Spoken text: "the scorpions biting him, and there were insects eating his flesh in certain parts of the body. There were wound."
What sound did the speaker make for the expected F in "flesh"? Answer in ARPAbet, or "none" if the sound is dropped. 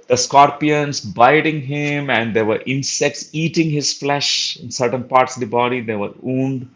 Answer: F